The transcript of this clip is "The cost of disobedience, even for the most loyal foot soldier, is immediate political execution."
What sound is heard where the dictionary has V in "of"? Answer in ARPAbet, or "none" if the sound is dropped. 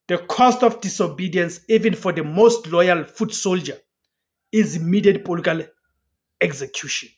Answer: F